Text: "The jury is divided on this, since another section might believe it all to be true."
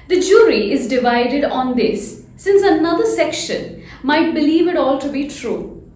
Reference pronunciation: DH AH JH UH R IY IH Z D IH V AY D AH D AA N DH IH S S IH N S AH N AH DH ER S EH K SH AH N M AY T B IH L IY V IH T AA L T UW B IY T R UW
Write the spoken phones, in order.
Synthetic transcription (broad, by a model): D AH JH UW R IY IH Z D IH V AY D AH D AA N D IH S S IH N S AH N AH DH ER S EH K SH AH N M AY T B IH L IY V IH T AA L T UW B IY T R UW